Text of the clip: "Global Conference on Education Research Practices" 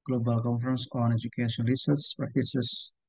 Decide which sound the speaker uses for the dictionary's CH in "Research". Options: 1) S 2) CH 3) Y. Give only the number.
1